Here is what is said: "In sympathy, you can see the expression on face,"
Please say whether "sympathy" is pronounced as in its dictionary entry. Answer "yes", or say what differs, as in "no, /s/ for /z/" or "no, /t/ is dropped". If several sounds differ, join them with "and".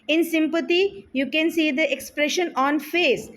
no, /t/ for /θ/